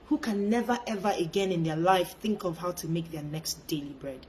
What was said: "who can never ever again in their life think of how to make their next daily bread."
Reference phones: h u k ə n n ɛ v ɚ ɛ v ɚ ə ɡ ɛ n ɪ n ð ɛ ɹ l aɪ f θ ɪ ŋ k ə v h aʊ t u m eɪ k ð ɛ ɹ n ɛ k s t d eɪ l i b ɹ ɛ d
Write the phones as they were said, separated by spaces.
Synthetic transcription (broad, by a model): h u k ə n n ɛ v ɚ ɛ v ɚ ə ɡ ɛ n ɪ n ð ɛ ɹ l aɪ f θ ɪ ŋ k ə v h aʊ t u m eɪ k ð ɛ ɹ n ɛ k s t d eɪ l i b ɹ ɛ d